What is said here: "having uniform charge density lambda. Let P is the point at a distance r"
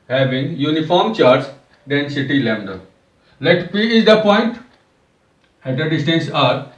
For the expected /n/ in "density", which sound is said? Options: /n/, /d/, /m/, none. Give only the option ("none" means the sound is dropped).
/n/